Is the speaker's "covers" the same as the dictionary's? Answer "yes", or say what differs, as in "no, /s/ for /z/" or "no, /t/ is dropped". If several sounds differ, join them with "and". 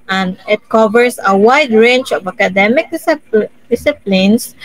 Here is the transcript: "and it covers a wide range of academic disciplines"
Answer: no, /s/ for /z/